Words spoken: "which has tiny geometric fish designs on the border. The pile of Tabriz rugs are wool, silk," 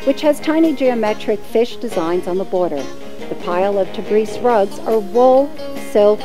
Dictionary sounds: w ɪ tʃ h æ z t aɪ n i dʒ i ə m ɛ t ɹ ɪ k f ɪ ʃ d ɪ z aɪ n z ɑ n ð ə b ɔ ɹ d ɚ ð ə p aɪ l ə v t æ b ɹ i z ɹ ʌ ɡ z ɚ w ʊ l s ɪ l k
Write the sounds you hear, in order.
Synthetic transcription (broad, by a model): w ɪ tʃ h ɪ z t aɪ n i dʒ i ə m ɛ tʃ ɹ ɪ k f ɪ ʃ d ɪ z aɪ n z n ð ə b ɔ ɹ d ɚ ð ə p aɪ l ə v t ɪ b ɹ i s ɹ ʌ ɡ z ɚ w ʊ l s ɪ l k